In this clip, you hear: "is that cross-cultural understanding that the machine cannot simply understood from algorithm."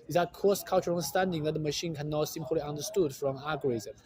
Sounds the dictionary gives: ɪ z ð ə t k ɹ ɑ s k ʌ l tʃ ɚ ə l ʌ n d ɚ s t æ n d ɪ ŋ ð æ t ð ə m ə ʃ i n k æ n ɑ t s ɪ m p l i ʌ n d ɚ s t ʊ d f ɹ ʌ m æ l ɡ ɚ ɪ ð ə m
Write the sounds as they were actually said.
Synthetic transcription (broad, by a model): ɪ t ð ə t k ɑ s k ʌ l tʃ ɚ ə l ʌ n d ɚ s t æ n d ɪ ŋ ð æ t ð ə m ə ʃ i n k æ n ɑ t s ɪ m p l i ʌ n d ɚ s t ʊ d f ɹ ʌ m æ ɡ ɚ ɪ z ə m